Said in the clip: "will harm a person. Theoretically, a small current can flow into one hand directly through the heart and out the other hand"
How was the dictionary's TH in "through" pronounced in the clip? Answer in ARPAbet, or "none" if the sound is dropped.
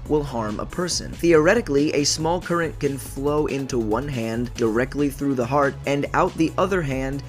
TH